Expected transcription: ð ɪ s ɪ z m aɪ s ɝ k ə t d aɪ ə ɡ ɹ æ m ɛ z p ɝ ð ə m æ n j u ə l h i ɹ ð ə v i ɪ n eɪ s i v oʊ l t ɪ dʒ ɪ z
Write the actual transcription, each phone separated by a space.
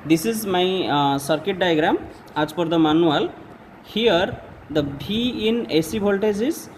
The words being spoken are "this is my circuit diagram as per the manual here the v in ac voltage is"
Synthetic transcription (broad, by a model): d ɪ s ɪ z m aɪ s ɝ k ə t d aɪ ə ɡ ɹ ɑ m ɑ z p ɝ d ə m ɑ n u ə l h i ɹ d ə b i ɪ n eɪ s i b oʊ l t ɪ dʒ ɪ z